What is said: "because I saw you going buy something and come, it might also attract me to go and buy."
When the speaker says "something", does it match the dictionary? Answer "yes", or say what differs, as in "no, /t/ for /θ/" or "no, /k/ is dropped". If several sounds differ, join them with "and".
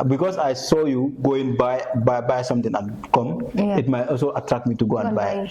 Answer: no, /t/ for /θ/